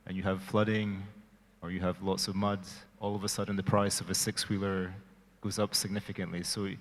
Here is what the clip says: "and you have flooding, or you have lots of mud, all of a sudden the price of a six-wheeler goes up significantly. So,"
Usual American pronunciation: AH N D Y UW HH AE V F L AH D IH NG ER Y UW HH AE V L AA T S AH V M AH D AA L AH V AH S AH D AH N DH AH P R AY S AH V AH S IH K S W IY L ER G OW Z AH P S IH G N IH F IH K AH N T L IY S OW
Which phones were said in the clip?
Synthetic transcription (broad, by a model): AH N Y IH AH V F L AH D IH NG ER Y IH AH V L AA T S AH V M AH D AA L AH V AH S AH D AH N DH AH P R AY S AH V AH S IH K S W IY L ER G OW Z AH P S IH G N IH F IH K AH N T L IY S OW